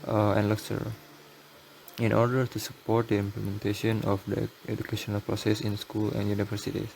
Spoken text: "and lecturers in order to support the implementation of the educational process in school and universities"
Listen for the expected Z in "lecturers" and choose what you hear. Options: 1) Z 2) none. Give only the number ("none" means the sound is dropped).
2